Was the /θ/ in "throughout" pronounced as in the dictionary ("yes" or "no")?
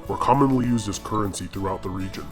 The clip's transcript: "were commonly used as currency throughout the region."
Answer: yes